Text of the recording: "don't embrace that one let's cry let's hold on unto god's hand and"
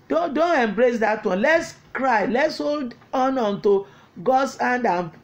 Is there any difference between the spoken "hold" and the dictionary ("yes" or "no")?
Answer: no